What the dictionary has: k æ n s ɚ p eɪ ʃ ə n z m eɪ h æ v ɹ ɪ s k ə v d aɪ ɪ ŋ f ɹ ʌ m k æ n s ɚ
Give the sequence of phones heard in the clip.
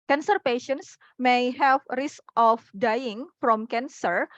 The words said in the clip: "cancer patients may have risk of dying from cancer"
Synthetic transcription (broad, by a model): k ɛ n s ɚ p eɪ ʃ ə n s m eɪ h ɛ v ɹ ɪ s k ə f d aɪ ɪ ŋ f ɹ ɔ m k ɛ n s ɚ